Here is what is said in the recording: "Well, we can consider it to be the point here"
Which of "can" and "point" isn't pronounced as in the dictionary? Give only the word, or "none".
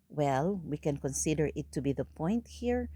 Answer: none